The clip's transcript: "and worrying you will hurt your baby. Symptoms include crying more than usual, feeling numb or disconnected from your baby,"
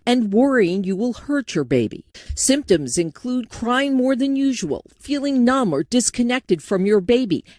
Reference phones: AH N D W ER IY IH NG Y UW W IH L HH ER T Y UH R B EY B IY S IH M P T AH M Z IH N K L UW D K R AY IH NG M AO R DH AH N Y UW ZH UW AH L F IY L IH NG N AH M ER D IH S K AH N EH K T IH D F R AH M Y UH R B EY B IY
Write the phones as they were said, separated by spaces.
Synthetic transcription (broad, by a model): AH N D W ER IY IH NG Y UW W IH L HH ER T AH R B EY B IY S IH M P T AH M Z IH N K L UW D K R AY IH NG M AO R DH AH N Y UW ZH UW AH L F IY L IH NG N AH M ER D IH S K AH N EH K T IH D F R AH M Y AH R B EY B IY